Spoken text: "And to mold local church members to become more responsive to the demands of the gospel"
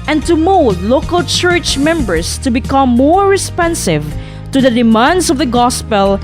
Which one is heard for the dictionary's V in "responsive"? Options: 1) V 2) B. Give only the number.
1